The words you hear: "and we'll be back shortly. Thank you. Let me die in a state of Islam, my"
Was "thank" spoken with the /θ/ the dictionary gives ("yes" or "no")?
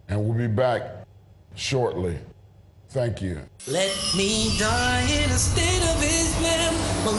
yes